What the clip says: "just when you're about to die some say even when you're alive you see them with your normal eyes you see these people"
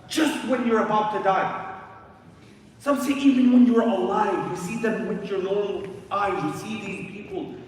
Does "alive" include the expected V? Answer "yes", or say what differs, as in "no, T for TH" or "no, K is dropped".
yes